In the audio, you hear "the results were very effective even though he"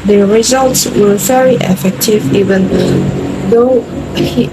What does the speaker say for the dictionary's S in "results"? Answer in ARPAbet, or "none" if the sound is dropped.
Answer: S